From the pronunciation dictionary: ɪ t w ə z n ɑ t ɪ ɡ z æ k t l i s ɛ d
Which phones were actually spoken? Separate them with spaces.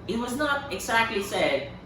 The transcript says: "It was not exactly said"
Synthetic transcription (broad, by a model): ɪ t w ə z n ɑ t ɪ ɡ z æ k t l i s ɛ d